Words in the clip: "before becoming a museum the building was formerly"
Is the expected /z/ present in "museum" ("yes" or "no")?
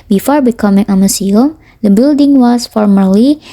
no